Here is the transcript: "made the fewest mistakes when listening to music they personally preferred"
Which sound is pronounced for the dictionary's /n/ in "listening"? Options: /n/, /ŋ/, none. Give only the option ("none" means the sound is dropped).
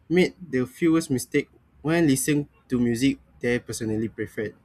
none